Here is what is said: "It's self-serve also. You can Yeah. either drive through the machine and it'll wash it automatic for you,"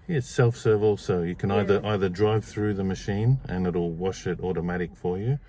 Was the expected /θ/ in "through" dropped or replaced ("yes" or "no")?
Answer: no